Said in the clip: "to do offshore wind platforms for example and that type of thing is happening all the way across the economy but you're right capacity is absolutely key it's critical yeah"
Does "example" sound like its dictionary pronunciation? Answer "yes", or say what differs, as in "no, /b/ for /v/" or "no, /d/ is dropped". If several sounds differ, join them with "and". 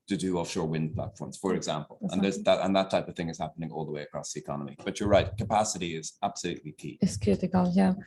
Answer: yes